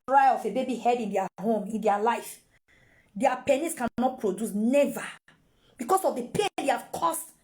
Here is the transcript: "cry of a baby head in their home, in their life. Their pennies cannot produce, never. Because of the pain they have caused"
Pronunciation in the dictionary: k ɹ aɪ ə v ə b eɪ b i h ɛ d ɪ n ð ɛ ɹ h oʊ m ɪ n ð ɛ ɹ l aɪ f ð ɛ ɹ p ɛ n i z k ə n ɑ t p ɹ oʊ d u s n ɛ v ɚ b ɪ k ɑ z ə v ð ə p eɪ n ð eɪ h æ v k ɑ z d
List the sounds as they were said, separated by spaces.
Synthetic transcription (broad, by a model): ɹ aɪ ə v ə b eɪ b i h ɛ d ɪ n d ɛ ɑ h oʊ m ɪ n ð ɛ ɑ l aɪ f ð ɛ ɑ p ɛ n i s k ə n ɑ t p ɹ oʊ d u s n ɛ v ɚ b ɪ k ɑ s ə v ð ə p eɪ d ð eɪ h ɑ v k ɑ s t